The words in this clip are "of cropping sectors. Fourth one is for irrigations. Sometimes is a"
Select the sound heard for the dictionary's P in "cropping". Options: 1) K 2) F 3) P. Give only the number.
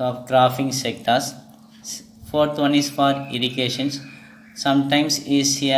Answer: 2